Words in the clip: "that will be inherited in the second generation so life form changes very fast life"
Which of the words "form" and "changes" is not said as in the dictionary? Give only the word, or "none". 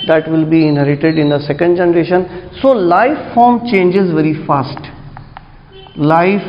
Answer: none